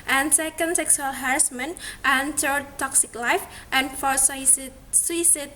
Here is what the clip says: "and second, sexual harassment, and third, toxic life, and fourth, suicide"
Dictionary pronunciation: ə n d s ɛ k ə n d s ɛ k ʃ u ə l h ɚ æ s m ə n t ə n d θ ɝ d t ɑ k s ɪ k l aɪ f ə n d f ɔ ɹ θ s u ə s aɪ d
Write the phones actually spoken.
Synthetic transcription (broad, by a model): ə n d s ɛ k ə n d s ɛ k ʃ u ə l h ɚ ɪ s m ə n t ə n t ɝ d t ɑ k s ɪ k l aɪ f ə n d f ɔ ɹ s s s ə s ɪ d